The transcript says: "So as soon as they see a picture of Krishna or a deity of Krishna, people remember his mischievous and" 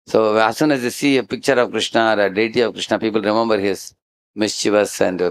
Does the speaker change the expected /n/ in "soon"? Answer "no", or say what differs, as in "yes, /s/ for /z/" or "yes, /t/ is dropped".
no